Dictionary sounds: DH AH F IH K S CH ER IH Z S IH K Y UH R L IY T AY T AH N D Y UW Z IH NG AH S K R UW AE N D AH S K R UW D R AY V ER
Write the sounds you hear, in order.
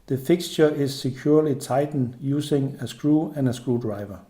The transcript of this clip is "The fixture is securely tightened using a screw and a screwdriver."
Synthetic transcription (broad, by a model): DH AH F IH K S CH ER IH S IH K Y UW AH L IY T AY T N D Y UW S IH NG AH S K R UW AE N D AH S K R UW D R AY V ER